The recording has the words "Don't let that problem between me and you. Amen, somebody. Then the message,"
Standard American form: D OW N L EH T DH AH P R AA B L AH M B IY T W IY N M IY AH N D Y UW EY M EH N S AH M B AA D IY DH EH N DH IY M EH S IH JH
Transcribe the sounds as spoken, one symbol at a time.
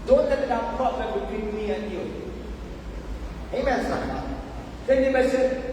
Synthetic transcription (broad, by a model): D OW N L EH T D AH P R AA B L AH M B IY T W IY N M IY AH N Y UW EY M EH N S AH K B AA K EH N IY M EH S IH